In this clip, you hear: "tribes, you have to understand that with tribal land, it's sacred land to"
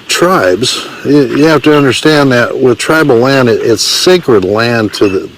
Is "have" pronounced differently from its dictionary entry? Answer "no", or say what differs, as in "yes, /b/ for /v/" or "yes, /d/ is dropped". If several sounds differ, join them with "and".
yes, /f/ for /v/